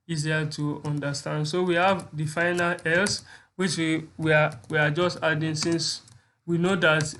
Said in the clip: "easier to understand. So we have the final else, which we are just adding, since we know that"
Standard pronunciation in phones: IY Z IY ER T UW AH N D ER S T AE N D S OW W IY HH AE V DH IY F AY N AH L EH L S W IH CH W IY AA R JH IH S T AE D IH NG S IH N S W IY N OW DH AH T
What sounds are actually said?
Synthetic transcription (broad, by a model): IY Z IY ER T UW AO N D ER S T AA N D S OW W IY HH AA V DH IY F AY N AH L EH L S W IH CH W IY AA W JH IH S T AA D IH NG S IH N S W IY N OW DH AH T